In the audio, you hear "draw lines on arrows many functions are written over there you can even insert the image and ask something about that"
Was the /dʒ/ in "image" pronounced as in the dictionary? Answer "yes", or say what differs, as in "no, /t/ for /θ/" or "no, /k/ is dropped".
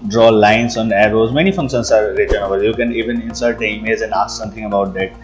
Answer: no, /z/ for /dʒ/